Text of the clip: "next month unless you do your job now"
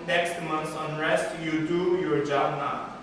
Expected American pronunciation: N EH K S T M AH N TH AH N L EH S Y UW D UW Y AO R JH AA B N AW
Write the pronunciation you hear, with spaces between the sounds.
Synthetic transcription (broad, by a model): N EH K S T M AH N S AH N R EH S Y UW D UW Y AO R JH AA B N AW